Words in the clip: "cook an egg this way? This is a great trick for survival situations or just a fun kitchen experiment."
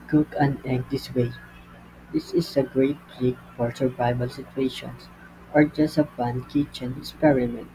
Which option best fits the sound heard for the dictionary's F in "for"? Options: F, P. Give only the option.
P